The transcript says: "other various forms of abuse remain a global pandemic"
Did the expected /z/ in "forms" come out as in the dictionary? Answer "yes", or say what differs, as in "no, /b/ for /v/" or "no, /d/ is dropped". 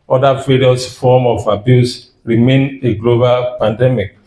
no, /z/ is dropped